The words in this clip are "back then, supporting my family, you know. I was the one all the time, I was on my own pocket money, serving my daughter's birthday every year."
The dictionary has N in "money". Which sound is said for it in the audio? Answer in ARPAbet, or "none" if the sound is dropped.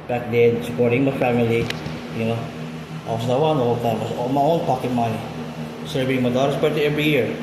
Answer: none